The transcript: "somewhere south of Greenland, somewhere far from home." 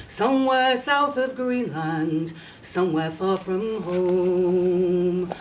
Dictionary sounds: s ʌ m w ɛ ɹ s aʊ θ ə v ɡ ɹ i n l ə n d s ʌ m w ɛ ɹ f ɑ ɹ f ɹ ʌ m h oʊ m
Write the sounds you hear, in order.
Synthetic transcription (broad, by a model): s ʌ m w ɛ ɹ s aʊ θ ə v ɡ ɹ i n l ə n d s ʌ m w ɛ ɹ f ɑ ɹ f ɹ ʌ m h oʊ m